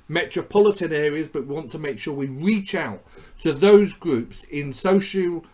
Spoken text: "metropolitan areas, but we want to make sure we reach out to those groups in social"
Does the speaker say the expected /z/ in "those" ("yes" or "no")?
yes